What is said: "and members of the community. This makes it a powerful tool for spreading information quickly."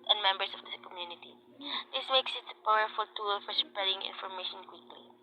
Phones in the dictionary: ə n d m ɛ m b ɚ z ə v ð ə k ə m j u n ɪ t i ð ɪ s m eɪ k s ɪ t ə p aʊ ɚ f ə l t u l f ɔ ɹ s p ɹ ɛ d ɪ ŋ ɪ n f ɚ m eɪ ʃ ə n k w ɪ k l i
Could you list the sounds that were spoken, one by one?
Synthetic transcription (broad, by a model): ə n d m ɛ m b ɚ s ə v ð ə k ə m j u n ɪ t i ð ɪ s m eɪ k s ɪ t ə p aʊ ɚ f ə l t u l f ɔ ɹ s p ɹ ɛ d ɪ ŋ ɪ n f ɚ m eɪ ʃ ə n k w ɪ k l i